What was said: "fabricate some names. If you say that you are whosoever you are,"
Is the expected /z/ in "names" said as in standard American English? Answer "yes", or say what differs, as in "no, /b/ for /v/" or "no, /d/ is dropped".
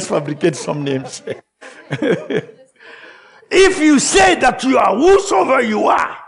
no, /s/ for /z/